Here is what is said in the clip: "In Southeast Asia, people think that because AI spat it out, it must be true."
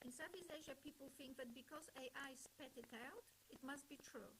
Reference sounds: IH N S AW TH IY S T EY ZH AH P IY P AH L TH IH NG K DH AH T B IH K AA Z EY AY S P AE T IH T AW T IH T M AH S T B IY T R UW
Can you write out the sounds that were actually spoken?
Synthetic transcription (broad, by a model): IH N S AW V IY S EY ZH AH P IY P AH L TH IH NG K DH AH T B IH K AA Z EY AY S P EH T IH T AW T IH T M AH S T B IY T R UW